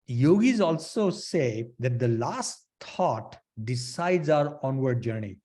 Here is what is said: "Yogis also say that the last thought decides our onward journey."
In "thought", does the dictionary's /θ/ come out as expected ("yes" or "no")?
no